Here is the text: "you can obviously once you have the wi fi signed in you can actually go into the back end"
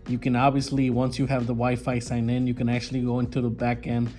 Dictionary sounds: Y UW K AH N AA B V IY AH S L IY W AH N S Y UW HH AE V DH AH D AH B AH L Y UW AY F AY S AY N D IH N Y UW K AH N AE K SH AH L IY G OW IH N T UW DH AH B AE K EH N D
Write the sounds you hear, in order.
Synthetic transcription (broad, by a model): Y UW K AH N AA B V IY AH S L IY W AH N S Y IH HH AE V DH AH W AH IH F AY S AY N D IH N Y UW K AH N AE K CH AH L IY G OW IH N T UW DH AH B AE K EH N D